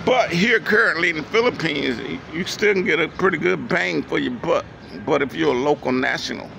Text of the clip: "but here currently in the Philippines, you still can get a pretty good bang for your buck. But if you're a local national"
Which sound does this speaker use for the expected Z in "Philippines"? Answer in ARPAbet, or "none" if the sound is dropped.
Z